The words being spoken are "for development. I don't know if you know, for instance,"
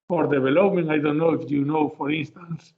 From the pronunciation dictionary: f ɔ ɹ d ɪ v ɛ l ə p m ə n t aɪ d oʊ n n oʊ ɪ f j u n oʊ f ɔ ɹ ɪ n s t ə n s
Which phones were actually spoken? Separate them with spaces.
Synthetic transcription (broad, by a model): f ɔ ɹ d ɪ b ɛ l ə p m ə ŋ aɪ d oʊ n n oʊ ɪ f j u n oʊ f ɔ ɹ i n s t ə n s